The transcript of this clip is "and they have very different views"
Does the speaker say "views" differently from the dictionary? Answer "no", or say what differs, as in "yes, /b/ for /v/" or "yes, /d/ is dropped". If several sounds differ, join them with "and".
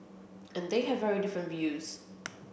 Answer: no